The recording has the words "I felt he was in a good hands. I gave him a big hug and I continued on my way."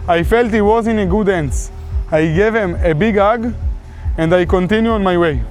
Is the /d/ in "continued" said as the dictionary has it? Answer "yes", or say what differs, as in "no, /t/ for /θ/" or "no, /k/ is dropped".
no, /d/ is dropped